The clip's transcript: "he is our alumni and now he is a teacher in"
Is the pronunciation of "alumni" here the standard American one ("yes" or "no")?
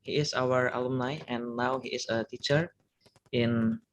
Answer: yes